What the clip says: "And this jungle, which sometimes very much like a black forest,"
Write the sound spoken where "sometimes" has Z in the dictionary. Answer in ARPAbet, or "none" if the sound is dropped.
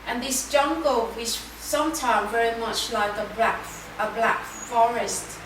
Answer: none